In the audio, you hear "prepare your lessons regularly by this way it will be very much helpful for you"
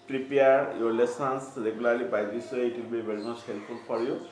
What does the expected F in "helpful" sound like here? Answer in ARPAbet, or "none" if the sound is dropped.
P